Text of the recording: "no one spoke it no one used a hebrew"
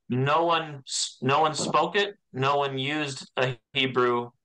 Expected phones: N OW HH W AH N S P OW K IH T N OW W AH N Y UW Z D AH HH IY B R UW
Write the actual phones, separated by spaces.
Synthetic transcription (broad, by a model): N OW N W AH N S P OW K IH T N OW W AH N Y UW Z D AH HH IY B R UW